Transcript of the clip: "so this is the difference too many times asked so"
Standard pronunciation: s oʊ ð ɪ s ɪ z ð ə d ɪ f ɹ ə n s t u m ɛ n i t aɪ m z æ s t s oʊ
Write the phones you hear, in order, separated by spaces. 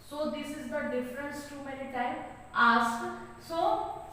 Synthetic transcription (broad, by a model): s oʊ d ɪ s ɪ z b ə d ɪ f ɹ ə n s t u m ɛ n i t aɪ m ɑ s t s oʊ